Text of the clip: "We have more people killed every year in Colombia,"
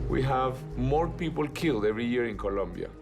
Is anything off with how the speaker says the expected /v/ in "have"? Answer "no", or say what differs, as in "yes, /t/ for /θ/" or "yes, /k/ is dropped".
no